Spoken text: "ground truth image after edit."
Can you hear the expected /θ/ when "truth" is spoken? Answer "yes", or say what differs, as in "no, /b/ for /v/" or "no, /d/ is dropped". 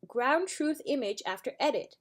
yes